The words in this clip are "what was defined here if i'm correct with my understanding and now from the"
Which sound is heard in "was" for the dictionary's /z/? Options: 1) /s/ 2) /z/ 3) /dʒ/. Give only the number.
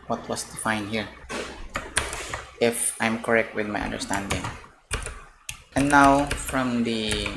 1